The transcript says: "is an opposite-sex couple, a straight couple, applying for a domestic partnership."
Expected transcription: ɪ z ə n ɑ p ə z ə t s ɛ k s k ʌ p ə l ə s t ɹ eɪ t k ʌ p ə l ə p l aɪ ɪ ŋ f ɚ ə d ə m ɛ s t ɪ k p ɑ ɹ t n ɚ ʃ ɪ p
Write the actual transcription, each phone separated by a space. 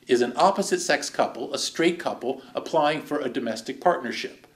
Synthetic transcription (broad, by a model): ɪ z ə n ɑ p ə z ə t s ɛ k s k ʌ p l ə s t ɹ eɪ t k ʌ p l ə p l aɪ ɪ ŋ f ɚ ə d ə m ɛ s t ɪ k p ɑ ɹ t n ɚ ʃ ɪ p